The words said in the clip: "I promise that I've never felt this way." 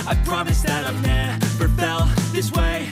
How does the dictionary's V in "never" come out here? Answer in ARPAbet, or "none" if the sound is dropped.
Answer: P